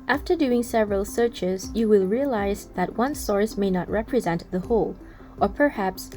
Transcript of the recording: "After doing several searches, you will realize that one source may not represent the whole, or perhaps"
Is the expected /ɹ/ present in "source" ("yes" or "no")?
yes